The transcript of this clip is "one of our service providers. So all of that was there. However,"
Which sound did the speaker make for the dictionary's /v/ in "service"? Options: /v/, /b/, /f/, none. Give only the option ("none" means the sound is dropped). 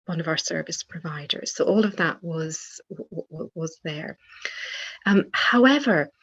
/v/